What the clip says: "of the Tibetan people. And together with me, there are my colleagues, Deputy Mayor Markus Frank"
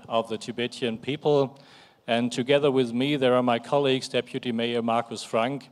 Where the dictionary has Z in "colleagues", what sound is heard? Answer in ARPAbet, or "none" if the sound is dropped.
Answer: Z